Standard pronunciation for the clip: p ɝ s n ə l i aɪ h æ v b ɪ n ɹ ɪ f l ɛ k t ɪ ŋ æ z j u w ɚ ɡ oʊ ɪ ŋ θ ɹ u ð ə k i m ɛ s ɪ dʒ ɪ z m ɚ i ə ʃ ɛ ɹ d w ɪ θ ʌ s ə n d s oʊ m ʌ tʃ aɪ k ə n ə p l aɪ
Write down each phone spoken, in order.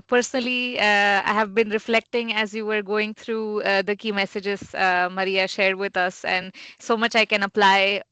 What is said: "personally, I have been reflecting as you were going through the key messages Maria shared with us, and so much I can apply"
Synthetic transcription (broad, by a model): p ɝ s n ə l i aɪ h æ v b ɪ n ɹ ɪ f l ɛ k t ɪ ŋ æ z j u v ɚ ɡ oʊ ɪ ŋ t ɹ u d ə k i m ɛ s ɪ dʒ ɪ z m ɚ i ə ʃ ɛ ɹ d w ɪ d ʌ s ə n d s oʊ m ʌ tʃ aɪ k ə n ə p l aɪ